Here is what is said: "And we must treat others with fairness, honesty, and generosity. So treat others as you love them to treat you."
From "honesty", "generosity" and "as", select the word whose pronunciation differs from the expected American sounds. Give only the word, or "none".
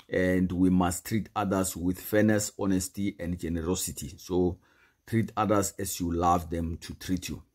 as